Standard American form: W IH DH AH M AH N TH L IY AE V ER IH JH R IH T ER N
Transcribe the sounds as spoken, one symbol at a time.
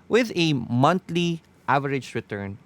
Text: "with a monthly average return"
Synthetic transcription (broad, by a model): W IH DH AH M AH N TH L IY AE V ER IH JH R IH T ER N